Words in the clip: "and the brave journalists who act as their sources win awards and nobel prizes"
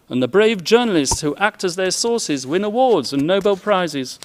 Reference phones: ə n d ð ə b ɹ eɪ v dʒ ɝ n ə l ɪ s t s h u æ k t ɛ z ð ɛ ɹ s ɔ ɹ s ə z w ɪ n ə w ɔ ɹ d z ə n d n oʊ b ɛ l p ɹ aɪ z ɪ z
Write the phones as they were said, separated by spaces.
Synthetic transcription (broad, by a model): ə n ð ə b ɹ eɪ v dʒ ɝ n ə l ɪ s t s h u æ k t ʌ z ð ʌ ɹ s ɔ ɹ s ə z w ɪ n ə w ɔ ɹ d z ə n n oʊ b ɛ l p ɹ aɪ z ɪ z